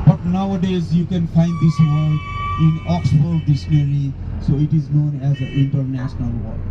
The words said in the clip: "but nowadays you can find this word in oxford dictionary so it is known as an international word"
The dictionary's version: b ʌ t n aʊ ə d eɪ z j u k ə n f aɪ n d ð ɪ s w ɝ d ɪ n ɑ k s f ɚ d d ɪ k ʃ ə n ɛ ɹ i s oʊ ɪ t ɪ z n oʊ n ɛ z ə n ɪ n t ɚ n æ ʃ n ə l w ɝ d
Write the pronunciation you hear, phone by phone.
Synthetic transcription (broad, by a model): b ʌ t n aʊ ə d eɪ z j u k ə n f aɪ n d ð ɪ s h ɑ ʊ ɪ n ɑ k s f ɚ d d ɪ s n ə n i s oʊ ɪ t ɪ z n oʊ n ɛ z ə ɪ n t ɚ n æ ʃ n ə l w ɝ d